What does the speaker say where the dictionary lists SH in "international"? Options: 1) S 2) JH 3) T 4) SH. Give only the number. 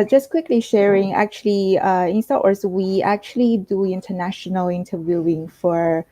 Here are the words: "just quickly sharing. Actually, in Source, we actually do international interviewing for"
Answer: 4